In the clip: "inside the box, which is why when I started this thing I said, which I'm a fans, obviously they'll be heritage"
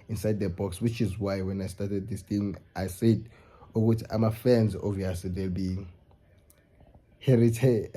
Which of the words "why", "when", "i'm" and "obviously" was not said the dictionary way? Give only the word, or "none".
obviously